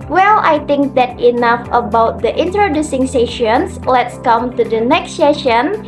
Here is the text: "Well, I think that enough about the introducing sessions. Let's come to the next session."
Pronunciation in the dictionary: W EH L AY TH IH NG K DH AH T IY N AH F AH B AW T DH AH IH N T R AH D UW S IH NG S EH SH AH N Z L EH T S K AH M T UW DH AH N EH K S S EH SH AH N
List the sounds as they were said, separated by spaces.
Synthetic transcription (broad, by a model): W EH L AY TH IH NG K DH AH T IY N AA F AH B AW T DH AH IH N T R AH D UW S IH NG S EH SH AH N S L EH T S K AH M T UW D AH N EH K S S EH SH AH N